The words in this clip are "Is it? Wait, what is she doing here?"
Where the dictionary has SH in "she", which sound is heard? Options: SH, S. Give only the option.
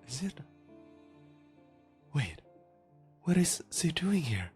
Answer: S